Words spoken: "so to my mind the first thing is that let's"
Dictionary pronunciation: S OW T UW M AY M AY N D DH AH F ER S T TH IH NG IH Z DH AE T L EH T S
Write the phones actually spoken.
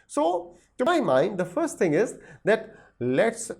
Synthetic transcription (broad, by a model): S OW T UW M AY M AY N D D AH F ER S T T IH NG IH Z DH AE T L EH T S